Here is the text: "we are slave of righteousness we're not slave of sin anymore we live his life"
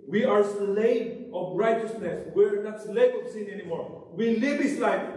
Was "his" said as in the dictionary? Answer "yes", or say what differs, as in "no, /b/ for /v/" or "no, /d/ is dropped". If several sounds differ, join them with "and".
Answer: no, /s/ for /z/